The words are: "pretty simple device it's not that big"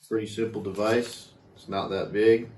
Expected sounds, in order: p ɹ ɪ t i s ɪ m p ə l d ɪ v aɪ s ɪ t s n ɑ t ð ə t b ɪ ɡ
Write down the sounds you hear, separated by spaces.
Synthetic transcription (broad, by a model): p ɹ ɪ t i s ɪ m p l d ɪ v aɪ s ɪ t s n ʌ t ð ə t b ɪ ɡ